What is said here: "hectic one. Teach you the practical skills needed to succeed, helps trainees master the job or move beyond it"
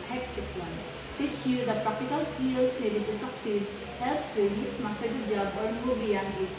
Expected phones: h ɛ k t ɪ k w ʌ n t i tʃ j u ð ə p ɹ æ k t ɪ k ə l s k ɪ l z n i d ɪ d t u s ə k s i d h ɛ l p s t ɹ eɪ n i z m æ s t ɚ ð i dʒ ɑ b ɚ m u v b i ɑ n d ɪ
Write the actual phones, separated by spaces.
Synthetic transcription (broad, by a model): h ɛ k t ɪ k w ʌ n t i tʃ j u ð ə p ɹ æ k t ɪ k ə l s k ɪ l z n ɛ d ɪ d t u s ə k s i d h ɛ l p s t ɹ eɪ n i s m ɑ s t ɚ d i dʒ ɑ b ɚ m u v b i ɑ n ɪ